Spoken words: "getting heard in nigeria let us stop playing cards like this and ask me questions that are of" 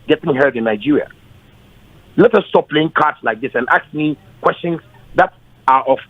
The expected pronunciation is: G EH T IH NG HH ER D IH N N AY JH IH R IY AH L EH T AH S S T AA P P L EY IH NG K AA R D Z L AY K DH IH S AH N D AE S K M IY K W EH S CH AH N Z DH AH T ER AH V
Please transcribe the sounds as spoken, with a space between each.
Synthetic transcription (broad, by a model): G EH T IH NG HH ER D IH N N AY JH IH R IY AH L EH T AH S S T AA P P L EY IH NG K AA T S L AY K DH IH S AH N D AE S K M IY K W EH S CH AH N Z DH AH T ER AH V